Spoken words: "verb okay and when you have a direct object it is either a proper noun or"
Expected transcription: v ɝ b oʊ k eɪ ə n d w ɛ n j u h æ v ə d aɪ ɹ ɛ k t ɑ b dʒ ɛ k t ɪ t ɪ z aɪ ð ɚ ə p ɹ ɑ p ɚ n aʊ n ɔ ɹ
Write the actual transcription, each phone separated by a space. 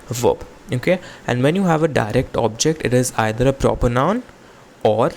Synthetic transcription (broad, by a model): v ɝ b oʊ k eɪ ə n d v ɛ n j u h æ v ə d aɪ ɹ ɛ k t ɑ b dʒ ɛ k t ɪ t ɪ z aɪ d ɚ ə p ɹ ɑ p ɚ n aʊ n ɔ ɹ